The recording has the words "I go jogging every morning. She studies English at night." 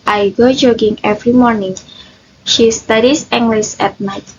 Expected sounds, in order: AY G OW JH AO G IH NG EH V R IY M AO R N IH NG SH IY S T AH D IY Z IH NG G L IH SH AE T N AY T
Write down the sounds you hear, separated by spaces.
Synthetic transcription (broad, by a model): AY G OW JH AO G IH NG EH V R IY M AO R N IH NG SH IY S T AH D IY S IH NG G L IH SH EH T N AY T